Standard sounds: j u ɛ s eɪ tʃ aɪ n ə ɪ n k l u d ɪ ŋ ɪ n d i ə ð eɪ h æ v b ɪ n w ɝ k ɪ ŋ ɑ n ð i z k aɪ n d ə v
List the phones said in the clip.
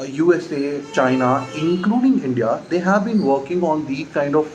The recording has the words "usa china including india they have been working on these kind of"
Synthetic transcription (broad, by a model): j u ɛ s eɪ tʃ aɪ n ə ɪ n k l u d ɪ ŋ ɪ n d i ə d eɪ h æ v b ɪ n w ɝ k ɪ ŋ ɑ n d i k aɪ n d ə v